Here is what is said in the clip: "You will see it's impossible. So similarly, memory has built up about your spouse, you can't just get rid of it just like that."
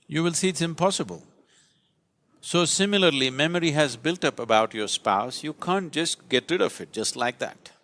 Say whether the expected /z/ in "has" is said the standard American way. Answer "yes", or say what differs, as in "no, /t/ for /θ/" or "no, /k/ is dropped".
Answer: yes